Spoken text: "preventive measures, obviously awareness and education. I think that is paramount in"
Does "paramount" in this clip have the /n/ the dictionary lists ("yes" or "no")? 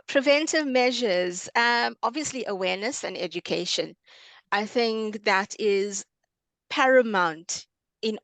yes